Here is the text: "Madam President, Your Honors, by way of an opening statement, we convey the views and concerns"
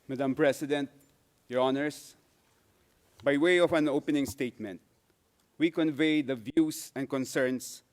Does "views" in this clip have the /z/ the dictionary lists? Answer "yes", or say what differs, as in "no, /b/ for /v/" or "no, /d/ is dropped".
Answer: no, /s/ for /z/